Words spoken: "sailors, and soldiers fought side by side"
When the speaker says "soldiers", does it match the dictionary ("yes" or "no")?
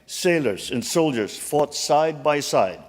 yes